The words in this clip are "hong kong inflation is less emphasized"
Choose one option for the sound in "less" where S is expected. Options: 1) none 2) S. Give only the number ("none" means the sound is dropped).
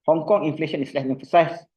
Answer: 1